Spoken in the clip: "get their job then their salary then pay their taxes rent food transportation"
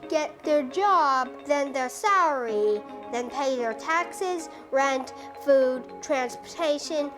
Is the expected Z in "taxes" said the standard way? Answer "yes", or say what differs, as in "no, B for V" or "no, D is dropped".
yes